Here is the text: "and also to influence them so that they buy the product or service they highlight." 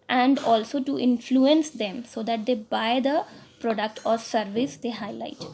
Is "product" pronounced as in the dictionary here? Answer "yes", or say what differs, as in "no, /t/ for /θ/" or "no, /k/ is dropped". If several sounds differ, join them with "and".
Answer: yes